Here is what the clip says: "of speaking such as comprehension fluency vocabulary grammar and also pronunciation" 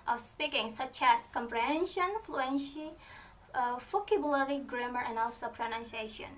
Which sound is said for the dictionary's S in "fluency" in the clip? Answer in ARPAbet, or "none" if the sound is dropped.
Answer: SH